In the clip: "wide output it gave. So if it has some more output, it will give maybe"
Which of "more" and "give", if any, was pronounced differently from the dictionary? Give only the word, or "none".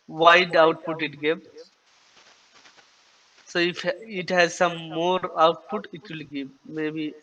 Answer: give